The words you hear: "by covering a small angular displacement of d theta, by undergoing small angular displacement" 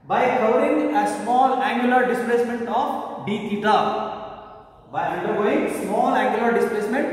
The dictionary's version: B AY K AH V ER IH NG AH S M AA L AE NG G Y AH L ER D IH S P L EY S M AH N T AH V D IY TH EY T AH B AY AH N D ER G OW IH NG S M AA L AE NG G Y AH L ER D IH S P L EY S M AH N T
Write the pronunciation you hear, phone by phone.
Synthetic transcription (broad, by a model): B AY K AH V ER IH NG AH S M AA L AE NG G Y AH L ER D IH S P L EY S M AH N T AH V D IY T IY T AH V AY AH D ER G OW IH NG S M AA L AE NG G Y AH L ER D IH S P L EY S M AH N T